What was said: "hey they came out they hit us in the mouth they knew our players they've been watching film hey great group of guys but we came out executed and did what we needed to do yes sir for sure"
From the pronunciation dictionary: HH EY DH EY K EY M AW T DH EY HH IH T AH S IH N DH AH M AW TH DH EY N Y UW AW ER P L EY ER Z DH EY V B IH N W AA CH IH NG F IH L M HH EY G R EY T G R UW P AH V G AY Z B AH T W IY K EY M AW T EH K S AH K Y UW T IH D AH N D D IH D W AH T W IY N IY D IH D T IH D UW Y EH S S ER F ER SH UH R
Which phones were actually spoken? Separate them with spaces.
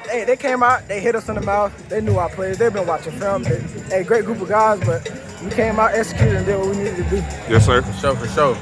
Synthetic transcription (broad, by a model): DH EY DH EY K EY M AW T DH EY HH IH T AH S IH N DH AH M AW TH DH EY N Y UW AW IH P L EY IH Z DH EY V B IH N W AA CH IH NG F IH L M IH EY G R EY T G R UW P AH V G AY Z B AH T W IY K EY M AW T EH K S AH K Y UW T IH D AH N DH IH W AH W IY N IY D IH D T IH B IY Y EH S SH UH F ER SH UH